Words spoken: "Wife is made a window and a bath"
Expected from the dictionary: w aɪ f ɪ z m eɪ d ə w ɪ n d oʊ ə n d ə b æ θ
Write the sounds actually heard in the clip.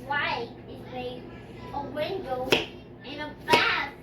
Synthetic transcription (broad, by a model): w aɪ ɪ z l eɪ ə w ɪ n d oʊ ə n ə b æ